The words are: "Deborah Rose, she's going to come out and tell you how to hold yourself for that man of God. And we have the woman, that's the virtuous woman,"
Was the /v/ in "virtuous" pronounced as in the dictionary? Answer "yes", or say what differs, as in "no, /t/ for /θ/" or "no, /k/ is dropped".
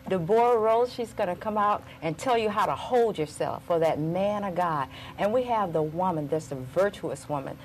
yes